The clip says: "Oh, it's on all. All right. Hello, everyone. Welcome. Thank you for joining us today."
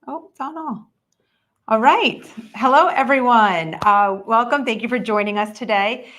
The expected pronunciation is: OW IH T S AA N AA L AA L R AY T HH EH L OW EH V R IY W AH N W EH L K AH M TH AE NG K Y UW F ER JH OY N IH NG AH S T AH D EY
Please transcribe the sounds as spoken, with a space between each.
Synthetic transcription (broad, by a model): OW IH T S AA N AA L AA L R AY T HH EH L OW EH V R IY W AH N W EH L K AH M TH AE NG K Y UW F ER JH OY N IH NG AH S T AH D EY